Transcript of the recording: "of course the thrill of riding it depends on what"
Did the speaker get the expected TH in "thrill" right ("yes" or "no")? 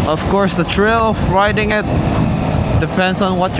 no